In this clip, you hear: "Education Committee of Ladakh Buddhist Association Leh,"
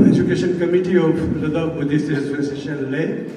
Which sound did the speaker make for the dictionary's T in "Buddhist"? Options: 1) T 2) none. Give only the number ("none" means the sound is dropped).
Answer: 2